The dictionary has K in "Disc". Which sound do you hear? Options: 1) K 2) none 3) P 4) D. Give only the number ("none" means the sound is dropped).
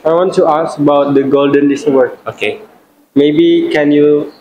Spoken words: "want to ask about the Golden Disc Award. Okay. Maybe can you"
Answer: 2